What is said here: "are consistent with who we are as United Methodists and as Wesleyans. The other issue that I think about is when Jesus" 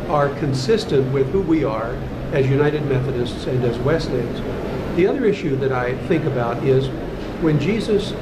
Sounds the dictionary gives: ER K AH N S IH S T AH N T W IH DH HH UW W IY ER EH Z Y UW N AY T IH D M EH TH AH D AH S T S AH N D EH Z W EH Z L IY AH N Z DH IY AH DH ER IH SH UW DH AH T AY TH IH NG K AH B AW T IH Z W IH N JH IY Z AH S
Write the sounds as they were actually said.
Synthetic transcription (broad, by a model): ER K AH N S IH S T AH N T W IH DH HH UW W IY ER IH Z Y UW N AY T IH D M EH TH AH D AH S T S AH N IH Z W EH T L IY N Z DH IY AH DH ER IH SH UW DH AH T AY TH IH NG K AH B AW T IH Z W IH N JH IY Z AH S